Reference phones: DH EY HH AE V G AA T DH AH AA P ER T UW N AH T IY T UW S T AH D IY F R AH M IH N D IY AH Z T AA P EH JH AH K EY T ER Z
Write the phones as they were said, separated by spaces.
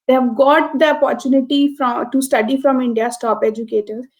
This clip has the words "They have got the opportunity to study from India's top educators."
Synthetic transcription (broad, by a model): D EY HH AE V G AA T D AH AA P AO T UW N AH T IY T UW S T AH D IY F R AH M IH N D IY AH S T AA P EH JH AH K EY T ER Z